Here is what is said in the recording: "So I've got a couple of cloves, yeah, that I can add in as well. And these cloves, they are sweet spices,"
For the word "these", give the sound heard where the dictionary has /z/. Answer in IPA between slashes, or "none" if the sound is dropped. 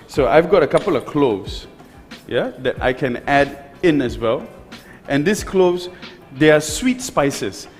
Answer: /s/